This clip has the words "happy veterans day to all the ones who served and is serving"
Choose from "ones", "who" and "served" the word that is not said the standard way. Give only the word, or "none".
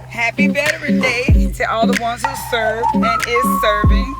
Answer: served